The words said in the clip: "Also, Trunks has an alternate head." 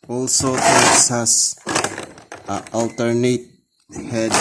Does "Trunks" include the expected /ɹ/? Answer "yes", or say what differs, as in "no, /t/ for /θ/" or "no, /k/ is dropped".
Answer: no, /ɹ/ is dropped